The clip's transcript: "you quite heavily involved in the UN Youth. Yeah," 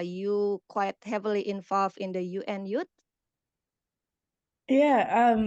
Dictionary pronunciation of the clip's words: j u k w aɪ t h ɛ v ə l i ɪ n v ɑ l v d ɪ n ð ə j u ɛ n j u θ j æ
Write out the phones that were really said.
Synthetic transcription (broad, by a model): j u k w aɪ t h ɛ v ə l i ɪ n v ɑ l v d ɪ n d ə j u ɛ n j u t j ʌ